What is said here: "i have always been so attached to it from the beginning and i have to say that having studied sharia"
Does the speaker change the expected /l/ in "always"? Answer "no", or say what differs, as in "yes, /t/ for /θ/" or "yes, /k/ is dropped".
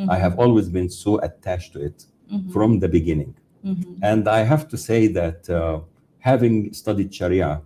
no